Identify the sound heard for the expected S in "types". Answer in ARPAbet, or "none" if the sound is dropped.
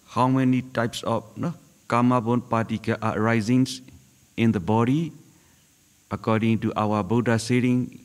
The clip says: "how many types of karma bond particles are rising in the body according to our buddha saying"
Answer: S